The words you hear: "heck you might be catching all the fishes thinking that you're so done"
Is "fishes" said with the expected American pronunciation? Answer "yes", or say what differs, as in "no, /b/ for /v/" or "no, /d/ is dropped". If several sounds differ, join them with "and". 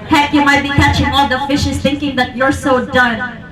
yes